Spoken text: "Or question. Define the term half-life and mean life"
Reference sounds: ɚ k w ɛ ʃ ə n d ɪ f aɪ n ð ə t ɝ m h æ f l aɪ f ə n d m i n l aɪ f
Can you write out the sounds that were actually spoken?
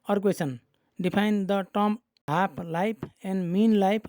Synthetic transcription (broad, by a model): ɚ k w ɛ s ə n d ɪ p aɪ n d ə t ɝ m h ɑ p l aɪ p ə n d m i n l aɪ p